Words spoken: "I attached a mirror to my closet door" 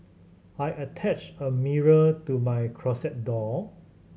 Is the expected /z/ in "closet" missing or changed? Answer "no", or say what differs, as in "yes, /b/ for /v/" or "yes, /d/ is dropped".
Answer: yes, /s/ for /z/